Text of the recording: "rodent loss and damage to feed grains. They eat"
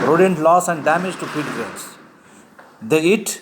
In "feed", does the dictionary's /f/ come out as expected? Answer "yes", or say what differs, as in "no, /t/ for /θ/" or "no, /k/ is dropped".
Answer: no, /p/ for /f/